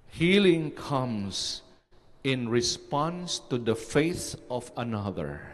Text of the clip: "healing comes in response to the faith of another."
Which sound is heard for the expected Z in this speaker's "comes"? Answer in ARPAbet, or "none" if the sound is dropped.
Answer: S